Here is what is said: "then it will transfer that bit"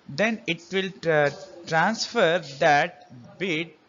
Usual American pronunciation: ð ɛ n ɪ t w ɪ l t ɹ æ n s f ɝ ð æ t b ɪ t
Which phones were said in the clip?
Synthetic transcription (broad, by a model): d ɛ n ɪ t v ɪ l t ɹ æ n s f ɝ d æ t b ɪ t